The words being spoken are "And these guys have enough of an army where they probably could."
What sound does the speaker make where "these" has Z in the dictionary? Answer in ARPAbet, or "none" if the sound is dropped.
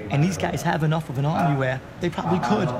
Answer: Z